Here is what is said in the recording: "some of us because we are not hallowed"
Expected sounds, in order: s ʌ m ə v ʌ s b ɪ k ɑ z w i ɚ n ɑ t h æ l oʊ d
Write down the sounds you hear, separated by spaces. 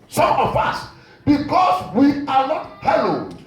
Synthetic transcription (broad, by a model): s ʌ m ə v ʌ s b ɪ k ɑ s w i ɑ n ɑ t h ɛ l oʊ